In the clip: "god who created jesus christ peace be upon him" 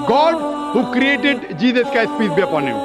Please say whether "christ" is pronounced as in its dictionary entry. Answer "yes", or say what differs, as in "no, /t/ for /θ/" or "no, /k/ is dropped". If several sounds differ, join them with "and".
no, /ɹ/ is dropped